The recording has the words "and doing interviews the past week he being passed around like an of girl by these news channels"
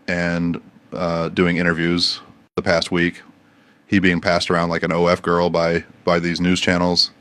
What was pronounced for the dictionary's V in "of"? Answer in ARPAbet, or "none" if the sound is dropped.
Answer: F